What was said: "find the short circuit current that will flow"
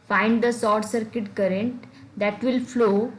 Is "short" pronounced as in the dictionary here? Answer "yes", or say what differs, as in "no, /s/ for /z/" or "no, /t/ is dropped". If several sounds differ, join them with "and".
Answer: no, /s/ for /ʃ/